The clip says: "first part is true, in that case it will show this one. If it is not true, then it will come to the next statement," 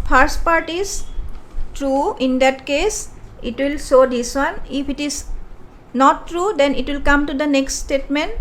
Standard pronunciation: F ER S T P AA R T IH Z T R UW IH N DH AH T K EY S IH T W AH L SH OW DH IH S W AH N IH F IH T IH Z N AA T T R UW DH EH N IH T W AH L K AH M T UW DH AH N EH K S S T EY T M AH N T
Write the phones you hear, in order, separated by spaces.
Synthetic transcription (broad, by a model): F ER S T P AA R T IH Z T R UW IH N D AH T K EY S IH T W AH L S OW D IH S W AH N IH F IH T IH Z N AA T T R UW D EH N IH T W AH L K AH M T UW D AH N EH K S S T EY T M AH N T